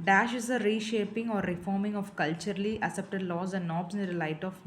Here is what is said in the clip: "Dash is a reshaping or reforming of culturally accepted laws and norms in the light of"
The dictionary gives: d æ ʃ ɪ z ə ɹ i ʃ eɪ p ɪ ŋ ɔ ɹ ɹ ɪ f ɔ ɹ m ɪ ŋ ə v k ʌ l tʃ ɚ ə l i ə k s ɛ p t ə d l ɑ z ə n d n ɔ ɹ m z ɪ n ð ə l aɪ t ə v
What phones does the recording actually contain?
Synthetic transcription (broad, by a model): d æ ʃ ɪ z ə ɹ i ʃ eɪ p ɪ ŋ ɔ ɹ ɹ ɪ f ɔ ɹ m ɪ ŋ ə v k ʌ l tʃ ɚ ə l i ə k s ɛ p t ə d l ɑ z ə n d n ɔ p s ɪ n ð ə l aɪ t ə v